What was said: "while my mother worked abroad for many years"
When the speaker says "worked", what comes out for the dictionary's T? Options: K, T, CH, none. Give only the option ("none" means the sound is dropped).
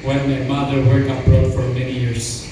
none